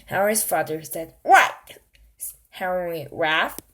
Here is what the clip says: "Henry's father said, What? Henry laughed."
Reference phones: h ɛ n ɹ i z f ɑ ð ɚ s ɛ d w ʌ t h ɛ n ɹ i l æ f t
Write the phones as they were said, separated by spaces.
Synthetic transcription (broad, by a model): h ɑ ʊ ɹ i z f ɑ ð ɚ s ɛ d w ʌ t h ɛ ɹ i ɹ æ f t